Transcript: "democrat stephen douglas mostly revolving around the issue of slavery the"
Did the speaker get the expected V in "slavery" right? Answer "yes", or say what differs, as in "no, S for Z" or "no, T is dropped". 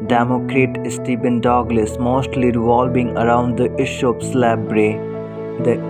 no, B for V